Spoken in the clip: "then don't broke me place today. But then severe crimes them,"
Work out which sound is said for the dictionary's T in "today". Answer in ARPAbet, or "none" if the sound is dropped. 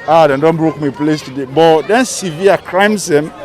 T